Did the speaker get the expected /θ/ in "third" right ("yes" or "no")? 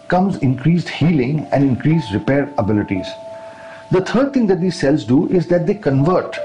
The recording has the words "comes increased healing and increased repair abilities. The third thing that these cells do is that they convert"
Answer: no